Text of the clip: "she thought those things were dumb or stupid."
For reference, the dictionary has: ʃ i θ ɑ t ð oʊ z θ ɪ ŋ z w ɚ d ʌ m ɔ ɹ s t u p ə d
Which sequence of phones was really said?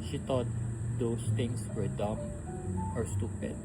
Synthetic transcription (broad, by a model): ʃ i t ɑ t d oʊ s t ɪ ŋ s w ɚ d ʌ m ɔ ɹ s t u p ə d